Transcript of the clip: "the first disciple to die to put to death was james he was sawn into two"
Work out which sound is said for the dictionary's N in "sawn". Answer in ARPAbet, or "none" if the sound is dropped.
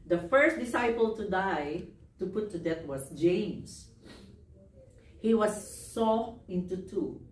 none